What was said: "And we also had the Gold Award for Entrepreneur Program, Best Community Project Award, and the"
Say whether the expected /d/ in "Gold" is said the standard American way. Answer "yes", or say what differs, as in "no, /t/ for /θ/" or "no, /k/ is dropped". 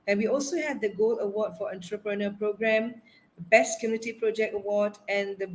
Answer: no, /d/ is dropped